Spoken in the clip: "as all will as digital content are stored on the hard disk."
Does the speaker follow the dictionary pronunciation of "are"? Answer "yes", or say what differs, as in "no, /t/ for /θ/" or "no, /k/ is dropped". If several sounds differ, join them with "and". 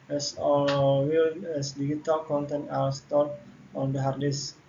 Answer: no, /l/ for /ɹ/